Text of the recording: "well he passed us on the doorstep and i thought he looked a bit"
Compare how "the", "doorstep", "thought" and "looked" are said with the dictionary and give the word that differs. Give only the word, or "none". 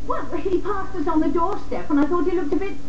none